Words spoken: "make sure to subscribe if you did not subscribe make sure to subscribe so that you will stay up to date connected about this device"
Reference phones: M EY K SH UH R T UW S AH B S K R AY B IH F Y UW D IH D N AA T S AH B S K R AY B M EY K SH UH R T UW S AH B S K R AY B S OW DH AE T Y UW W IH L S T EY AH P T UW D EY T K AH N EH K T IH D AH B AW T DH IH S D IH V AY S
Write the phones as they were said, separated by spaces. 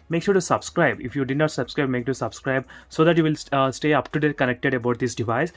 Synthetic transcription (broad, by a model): M EY K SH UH R T UW S AH B S K R AY B IH F Y UW D IH D N AA T S AH B S K R AY B M EY K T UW S AH B S K R AY B S OW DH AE T Y UW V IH L S T EY AH P T UW D EY T K AH N EH K T IH D AH B AW T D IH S D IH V AY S